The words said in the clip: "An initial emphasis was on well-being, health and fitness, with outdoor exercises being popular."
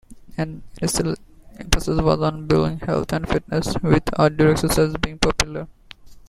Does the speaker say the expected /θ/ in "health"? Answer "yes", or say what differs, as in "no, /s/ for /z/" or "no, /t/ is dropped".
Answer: no, /t/ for /θ/